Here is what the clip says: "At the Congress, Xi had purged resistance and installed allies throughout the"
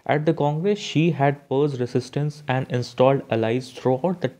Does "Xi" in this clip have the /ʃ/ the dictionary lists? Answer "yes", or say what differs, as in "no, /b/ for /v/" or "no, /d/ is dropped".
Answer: yes